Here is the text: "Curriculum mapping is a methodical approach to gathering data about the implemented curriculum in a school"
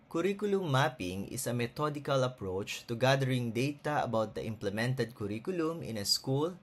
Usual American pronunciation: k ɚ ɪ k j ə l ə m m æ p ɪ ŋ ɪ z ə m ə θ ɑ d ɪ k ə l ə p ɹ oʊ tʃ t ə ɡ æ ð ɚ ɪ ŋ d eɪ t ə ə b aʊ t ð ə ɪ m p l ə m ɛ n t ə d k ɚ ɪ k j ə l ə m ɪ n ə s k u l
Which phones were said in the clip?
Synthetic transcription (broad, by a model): k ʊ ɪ k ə l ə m m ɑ p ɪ ŋ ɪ s ə m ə t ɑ d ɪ k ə l ə p ɹ oʊ tʃ t ə ɡ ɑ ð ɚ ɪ ŋ d eɪ t ə ə b aʊ t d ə ɪ m p l ə m ɛ n t ə d k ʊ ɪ k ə l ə m ɪ n ə s k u l